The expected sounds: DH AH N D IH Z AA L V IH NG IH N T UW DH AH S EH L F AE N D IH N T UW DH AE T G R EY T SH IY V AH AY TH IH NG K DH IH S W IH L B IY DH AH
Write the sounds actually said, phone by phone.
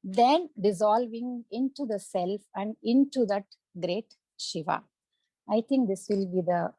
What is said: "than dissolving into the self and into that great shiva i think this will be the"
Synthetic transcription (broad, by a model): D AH N D IH Z AA L V IH NG IH N T UW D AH S EH L F AE N D IH N T UW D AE T G R EY T SH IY V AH AY T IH NG K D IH S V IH L B IY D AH